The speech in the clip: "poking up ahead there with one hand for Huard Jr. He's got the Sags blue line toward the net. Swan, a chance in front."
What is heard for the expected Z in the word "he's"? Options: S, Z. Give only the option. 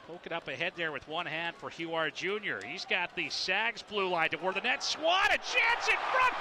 Z